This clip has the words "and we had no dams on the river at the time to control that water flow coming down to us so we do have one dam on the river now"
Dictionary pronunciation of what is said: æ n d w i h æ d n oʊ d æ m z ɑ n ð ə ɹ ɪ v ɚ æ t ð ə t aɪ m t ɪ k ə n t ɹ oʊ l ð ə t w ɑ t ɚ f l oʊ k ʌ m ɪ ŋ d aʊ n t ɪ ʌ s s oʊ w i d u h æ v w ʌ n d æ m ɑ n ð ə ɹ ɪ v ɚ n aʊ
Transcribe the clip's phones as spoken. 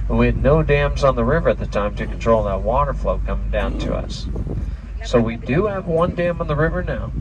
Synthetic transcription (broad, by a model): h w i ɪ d n oʊ d æ m z n ð ə ɹ ɪ v ɚ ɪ t ð ə t aɪ m t ɪ k n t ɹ oʊ l ð ə t w ɑ t ɚ f l oʊ k ʌ m ɪ ŋ d aʊ n t ɪ ʌ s s oʊ w i d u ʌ v w ʌ n d æ m n ð ə ɹ ɪ v ɚ n aʊ